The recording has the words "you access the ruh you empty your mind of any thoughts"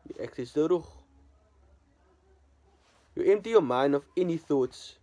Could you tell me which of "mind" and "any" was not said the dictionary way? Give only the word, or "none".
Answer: none